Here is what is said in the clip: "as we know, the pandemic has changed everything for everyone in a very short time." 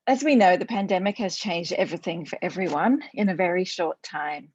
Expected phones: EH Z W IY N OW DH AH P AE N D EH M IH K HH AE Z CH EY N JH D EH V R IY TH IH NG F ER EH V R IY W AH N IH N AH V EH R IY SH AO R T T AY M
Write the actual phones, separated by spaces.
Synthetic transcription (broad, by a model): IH Z W IY N OW DH AH P AE N D EH M IH K HH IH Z CH EY N JH D EH V R IY TH IH NG F ER EH V R IY W AH N IH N AH V EH R IY SH AO R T T AY M